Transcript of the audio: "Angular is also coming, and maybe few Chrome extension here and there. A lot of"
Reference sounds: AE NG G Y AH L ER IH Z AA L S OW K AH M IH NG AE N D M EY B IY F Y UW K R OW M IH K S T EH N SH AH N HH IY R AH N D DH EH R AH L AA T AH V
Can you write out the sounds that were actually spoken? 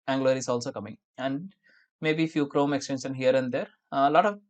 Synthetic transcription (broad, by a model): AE NG G L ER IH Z AA L S OW K AH M IH NG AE N D M EY B IY F Y UW K R OW M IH K S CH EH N S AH N HH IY R AH N D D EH R L AA T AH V